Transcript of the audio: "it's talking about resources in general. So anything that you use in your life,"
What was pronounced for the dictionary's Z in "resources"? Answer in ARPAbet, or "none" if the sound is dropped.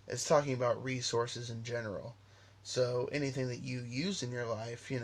Z